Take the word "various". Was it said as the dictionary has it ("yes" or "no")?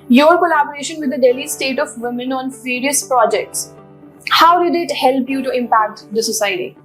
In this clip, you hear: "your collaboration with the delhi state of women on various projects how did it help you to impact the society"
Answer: no